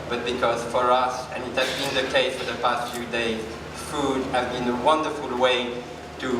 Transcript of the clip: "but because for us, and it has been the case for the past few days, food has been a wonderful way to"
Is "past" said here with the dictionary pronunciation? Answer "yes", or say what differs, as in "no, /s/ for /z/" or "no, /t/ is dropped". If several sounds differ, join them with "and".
yes